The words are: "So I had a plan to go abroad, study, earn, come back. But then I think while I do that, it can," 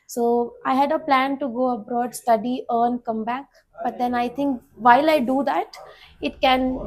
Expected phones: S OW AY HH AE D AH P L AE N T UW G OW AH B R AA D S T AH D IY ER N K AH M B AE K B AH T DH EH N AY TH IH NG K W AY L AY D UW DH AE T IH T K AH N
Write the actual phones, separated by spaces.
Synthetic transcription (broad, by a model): S OW AY HH AE D AH P L AE N T UW G OW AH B R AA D S T AH D IY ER N K AH M B AE K B AH T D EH N AY T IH NG K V AY L AY D UW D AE T IH T K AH N